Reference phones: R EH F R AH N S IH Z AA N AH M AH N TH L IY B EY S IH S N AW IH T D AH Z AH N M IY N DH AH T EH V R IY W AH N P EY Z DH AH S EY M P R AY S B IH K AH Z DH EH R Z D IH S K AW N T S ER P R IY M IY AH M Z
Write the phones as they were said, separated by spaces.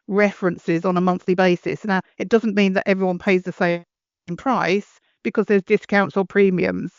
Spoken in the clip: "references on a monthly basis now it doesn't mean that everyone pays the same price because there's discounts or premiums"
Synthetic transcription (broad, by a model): R EH F R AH N S IH Z N AH M AH N TH L IY B EY S IH S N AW IH T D AH Z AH N M IY N DH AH T EH V R IY W AH N P EY Z DH AH S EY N P R AY S B IH K AH Z DH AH R Z D IH S K AW N T S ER P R IY M IY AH M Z